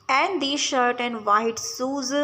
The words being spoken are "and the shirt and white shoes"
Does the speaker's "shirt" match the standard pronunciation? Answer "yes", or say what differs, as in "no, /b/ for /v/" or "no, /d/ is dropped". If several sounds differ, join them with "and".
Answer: yes